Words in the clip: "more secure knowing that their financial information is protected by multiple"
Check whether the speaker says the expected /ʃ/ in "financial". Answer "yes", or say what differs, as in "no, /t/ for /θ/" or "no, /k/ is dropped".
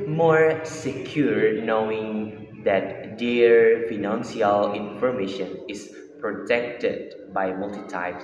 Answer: no, /s/ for /ʃ/